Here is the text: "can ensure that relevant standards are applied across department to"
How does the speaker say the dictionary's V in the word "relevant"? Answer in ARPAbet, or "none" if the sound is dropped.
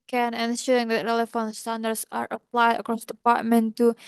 F